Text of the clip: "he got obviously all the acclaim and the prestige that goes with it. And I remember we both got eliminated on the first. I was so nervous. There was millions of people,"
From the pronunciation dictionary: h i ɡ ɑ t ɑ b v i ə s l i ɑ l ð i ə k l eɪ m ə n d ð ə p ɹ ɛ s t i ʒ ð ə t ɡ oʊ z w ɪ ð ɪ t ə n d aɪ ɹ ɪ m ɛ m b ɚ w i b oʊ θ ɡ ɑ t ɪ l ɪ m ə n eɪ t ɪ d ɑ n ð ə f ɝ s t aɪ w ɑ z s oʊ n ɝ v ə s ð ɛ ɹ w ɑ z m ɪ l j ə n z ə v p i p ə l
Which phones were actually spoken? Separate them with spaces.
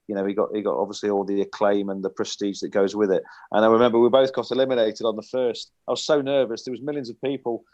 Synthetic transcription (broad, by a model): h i ɡ ɑ t ɑ b v i ə s l i ɑ l ð i ə k l eɪ m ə n ð ə p ɹ ɛ s t i ʒ ð ə t ɡ oʊ z w ɪ ð ɪ t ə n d aɪ ɹ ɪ m ɛ m b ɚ w i b oʊ θ ɡ ɑ t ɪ l ɪ m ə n eɪ t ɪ d n ð ə f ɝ s t aɪ w ɑ z s oʊ n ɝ v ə s ð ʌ w ɑ z m ɪ l j ə n z ə v p i p ə l